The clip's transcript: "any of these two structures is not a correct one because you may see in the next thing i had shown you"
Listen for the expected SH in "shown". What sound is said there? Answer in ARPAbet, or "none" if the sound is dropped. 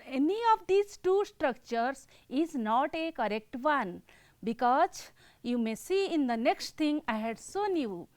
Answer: S